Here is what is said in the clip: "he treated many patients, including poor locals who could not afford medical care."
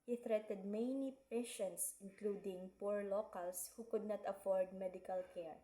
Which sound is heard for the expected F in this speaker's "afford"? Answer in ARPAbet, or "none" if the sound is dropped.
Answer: F